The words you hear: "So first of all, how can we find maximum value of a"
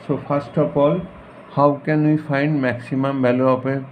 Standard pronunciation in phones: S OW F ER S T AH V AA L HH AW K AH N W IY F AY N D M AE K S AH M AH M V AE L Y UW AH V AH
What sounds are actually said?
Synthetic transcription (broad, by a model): S OW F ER S T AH P AA L HH AW K AH N W IY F AY N D M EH K S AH M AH M B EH L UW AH P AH